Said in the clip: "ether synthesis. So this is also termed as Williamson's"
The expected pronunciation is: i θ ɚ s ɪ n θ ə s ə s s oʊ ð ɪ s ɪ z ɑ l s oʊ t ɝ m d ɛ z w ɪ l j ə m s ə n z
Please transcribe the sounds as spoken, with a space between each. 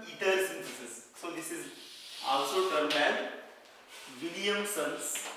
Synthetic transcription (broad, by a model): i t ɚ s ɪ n t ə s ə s s oʊ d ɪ s ɪ z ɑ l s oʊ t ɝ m ɛ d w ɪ l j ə m s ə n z